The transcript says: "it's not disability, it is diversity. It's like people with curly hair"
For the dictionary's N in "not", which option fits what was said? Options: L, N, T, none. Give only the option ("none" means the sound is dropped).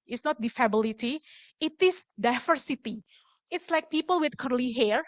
N